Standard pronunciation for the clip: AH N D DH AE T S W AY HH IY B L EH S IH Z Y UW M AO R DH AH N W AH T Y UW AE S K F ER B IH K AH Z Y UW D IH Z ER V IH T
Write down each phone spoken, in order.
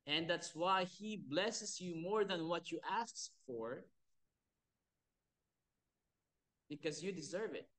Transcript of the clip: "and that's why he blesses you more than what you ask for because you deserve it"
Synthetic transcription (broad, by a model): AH N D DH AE T S W AY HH IY B L EH S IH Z Y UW M AO R DH AH N W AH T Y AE S K F ER B IH K AH Z Y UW D IH Z ER V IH T